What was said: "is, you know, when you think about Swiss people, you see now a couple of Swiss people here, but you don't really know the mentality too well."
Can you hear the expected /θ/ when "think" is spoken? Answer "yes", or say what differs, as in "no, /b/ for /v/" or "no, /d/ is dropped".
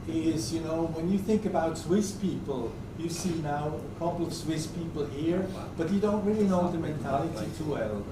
yes